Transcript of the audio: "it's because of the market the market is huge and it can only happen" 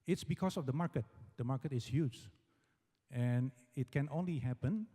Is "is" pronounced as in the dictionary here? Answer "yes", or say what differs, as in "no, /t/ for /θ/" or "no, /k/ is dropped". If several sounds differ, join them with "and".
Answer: no, /s/ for /z/